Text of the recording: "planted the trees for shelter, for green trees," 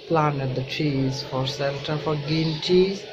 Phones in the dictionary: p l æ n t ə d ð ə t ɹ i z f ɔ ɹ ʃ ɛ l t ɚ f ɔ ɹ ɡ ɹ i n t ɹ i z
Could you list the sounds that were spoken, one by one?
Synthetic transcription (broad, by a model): p l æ n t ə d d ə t ɹ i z f ɔ ɹ s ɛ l t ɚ f ɔ ɹ ɡ i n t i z